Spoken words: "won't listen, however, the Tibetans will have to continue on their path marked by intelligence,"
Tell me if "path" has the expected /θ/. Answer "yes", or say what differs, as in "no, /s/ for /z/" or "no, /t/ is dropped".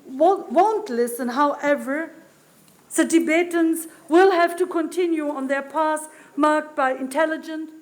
no, /s/ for /θ/